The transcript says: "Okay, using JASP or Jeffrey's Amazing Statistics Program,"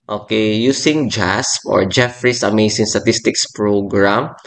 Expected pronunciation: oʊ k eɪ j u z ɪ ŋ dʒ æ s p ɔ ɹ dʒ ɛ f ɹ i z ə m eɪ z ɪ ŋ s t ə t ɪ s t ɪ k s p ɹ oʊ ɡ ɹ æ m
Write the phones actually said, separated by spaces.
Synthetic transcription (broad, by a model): oʊ k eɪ j u s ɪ ŋ dʒ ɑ s p ɔ ɹ dʒ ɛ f ɹ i s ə m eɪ s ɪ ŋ s t ə t ɪ s t ɪ k s p ɹ oʊ ɡ ɹ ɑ m